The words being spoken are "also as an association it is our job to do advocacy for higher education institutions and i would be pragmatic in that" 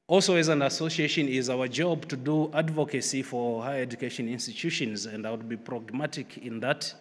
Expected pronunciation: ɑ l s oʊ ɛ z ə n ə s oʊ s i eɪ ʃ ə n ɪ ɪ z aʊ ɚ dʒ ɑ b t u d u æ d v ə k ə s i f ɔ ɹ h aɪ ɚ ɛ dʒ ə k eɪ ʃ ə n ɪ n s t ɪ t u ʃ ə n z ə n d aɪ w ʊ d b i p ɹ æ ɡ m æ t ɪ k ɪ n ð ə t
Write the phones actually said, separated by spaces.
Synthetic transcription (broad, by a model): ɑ l s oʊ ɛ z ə n ə s oʊ s i eɪ ʃ ə n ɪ ɪ z aʊ ɚ dʒ ɑ b t u d u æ d v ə k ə s i f ɔ ɹ h aɪ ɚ ɛ dʒ ə k eɪ ʃ ə n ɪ n s t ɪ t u ʃ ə n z ə n d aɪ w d b i p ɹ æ ɡ m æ t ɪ k ɪ n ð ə t